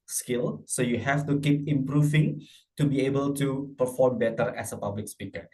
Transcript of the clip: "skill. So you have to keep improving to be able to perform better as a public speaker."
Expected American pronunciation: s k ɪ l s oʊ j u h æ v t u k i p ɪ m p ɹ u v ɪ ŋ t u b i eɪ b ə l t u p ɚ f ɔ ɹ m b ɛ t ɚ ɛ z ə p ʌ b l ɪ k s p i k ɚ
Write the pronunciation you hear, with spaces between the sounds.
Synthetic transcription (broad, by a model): s k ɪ l s oʊ j u h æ f t u k i p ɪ m p ɹ u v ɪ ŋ t u b i eɪ b ə l t u p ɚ f ɔ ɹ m b ɛ t ɚ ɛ s ə p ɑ b l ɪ k s p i k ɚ